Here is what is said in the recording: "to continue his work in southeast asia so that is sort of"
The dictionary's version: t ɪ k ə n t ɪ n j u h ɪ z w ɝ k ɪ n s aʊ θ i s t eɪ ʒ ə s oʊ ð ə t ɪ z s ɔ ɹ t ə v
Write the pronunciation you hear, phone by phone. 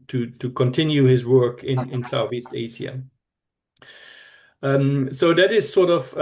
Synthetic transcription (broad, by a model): t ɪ k ə n t ɪ n j u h ɪ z w ɝ k ɪ n s aʊ θ i s t eɪ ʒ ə s oʊ ð ə t ɪ z s ɔ ɹ t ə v